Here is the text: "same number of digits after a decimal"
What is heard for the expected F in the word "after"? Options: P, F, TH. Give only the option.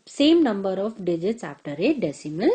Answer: P